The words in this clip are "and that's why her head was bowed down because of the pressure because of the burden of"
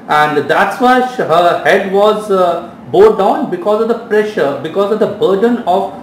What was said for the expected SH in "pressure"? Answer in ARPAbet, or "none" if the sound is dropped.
SH